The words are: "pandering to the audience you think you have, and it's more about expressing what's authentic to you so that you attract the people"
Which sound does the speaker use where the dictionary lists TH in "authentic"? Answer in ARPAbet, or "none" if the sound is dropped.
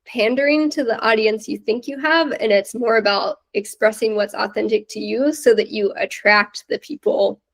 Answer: TH